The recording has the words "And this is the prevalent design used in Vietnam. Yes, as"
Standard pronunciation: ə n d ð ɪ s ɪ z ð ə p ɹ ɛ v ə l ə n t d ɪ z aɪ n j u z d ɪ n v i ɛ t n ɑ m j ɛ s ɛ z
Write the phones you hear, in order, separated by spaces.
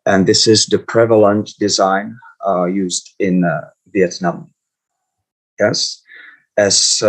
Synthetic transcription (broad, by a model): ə n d ð ɪ s ɪ z ð ə p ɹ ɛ v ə l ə n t d ɪ z aɪ n j u z d ɪ n v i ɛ t n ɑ m j ɛ s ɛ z